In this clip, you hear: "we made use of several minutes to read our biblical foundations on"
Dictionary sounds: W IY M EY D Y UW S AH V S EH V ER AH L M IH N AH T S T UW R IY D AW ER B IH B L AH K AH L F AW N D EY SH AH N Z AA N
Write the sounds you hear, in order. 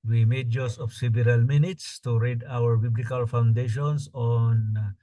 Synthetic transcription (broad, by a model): W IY M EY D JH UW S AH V S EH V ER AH L M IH N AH T S T UW R IY D AW ER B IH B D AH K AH L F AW N D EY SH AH N S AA N